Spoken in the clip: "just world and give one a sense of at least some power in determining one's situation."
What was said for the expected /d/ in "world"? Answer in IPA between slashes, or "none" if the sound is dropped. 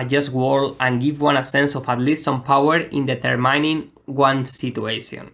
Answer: none